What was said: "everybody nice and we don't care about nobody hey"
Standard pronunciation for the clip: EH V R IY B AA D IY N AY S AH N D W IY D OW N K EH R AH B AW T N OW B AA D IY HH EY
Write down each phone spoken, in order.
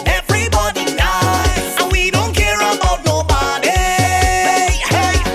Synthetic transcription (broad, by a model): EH V R IY B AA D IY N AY AH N W IY D OW N K EH R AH AW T N OW B AA D IY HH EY